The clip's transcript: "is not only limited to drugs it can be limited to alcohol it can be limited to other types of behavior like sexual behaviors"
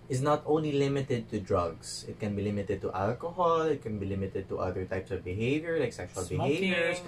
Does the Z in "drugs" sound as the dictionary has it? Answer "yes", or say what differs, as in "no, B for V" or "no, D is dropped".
no, S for Z